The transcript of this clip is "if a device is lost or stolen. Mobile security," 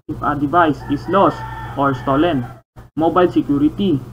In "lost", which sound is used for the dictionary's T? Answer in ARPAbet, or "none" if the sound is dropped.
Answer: none